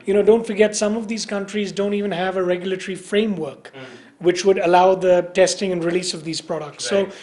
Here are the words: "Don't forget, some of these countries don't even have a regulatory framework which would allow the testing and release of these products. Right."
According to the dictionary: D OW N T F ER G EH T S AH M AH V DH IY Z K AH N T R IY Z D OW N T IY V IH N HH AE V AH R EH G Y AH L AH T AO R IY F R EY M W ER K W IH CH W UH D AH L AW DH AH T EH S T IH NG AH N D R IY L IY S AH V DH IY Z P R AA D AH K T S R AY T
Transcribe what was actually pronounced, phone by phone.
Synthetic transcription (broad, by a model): D OW N T F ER G EH T S AH M AH V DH IY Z K AH N T R IY Z D OW N T IY V IH N HH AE V AH R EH G Y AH L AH T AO R IY F R EY M W ER K W IH CH W UH D AH L AW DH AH T EH S T IH NG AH N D R IY L IY S AH V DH IY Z P R AA D AH K T S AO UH